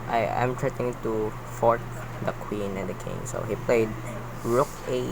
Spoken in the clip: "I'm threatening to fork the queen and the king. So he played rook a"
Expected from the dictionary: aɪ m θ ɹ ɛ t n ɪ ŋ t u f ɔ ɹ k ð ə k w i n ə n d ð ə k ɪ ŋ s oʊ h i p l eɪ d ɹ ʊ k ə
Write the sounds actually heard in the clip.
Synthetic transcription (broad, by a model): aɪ m t ɹ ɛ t ɪ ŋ t u f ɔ ɹ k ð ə k w i n ə n d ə k ɪ ŋ s oʊ h i p l eɪ d ɹ ʊ k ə